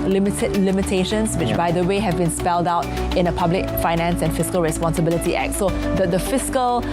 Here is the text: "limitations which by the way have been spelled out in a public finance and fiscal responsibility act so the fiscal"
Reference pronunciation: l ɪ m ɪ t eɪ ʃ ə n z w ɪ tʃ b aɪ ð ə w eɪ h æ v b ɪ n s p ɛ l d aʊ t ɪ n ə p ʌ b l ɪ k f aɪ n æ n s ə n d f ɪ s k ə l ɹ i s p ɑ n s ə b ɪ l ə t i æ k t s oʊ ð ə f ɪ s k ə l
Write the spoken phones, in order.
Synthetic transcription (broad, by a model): l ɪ m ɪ t eɪ ʃ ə n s w ɪ tʃ b aɪ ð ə w eɪ h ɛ v b ɪ n s p ɛ l d aʊ t ɪ n ə p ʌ b l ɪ k f aɪ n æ n s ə n f ɪ s k ə l ɹ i s p ɑ n s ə b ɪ l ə t i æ k t s oʊ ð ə f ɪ s k ə l